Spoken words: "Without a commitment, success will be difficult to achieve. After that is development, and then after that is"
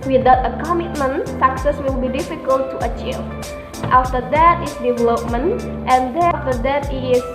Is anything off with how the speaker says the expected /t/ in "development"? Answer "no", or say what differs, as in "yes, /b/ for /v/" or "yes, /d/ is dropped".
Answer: no